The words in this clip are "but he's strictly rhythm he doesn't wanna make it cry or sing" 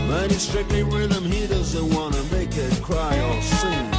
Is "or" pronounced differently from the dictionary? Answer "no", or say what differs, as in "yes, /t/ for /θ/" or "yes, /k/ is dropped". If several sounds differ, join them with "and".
yes, /l/ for /ɹ/